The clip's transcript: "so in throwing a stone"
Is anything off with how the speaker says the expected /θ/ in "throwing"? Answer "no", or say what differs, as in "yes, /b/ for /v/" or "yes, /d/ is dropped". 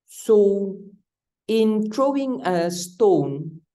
yes, /t/ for /θ/